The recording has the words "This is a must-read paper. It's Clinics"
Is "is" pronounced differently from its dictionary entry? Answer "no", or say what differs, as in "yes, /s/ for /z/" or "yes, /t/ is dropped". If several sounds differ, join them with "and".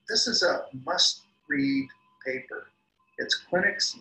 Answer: no